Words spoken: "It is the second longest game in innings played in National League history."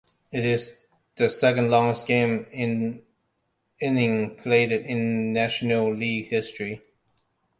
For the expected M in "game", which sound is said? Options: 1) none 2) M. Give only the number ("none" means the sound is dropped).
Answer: 1